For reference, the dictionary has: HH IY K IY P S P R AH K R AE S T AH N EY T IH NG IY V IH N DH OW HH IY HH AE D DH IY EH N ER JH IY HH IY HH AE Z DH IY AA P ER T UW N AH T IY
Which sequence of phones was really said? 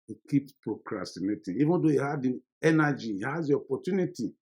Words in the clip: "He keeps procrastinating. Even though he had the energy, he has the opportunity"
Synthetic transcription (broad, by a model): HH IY K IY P P R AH K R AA S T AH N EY T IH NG IY V IH N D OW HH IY HH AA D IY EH N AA JH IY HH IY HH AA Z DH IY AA P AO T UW N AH T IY